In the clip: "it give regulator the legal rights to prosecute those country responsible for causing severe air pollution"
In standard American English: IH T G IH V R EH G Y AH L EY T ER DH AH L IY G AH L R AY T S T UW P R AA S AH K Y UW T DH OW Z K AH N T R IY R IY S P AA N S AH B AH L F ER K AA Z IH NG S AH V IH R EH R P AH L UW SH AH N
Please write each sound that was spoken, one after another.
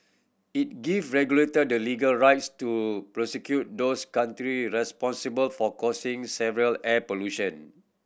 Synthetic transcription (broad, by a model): IH T G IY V R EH G Y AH L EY T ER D AH L IY G AH L R AY T S T UW P R AA S AH K Y UW T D OW S K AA N T R IY R IY S P AA N S AH B AH L F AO K AA S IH NG S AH V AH R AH L P AH L UW SH AH N